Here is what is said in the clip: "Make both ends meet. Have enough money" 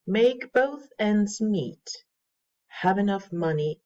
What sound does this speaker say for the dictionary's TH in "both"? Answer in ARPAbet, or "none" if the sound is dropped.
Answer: TH